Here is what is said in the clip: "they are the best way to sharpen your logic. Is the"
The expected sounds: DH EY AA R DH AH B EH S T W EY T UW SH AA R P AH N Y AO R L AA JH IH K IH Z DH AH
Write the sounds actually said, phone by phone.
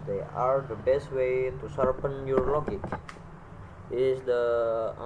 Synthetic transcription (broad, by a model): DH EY AA R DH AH B EH S T W EY T UW S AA R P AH N Y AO R L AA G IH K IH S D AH